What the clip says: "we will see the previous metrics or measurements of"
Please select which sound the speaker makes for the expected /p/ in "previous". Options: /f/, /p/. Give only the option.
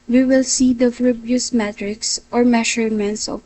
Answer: /f/